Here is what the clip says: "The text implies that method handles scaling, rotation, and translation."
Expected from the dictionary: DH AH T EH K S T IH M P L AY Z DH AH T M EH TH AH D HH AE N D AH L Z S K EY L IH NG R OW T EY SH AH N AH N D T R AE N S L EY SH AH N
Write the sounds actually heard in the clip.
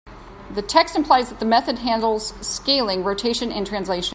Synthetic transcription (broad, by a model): DH AH T EH K S T IH M P L AY Z DH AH T M EH TH AH D HH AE N D L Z S K EY L IH NG R OW T EY SH AH N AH N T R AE N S L EY AH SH